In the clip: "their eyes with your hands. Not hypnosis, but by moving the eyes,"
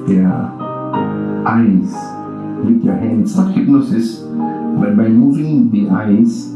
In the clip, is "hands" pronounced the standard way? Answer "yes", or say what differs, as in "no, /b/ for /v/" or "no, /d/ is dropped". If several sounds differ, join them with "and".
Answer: no, /s/ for /z/